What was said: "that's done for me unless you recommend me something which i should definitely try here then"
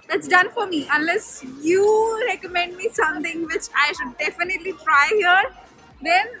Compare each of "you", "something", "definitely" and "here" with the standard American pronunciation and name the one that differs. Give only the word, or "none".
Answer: something